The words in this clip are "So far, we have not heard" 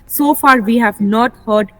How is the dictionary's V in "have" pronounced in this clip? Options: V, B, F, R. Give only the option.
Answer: V